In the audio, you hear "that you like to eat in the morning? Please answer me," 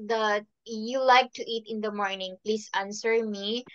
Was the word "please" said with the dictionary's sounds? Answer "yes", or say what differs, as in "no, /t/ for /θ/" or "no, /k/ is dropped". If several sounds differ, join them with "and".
no, /s/ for /z/